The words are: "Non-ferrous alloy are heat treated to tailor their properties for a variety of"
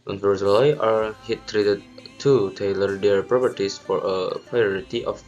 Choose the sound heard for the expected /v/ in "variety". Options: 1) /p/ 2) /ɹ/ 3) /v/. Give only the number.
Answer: 1